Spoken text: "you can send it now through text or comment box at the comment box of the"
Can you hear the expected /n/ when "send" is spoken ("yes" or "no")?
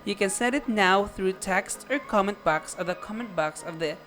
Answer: no